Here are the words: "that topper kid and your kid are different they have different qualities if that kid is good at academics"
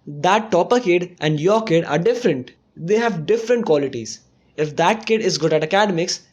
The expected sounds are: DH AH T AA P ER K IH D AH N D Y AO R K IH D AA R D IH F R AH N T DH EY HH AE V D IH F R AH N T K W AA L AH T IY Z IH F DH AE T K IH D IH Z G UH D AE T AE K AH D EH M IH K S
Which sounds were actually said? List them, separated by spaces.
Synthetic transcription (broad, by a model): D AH T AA P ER K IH D AH N D Y AO R K IH D AA R D IH F R AH N T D EY HH AE V D IH F R AH N T K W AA L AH T IY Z IH F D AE T K IH D IH Z G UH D AE T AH K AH D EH M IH K S